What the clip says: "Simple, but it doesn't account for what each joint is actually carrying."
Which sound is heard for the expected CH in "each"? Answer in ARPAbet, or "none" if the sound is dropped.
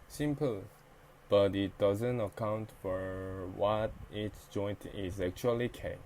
S